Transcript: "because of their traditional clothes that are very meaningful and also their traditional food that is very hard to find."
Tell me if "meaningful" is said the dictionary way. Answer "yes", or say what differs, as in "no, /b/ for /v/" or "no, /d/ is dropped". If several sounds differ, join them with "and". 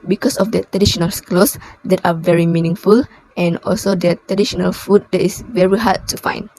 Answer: yes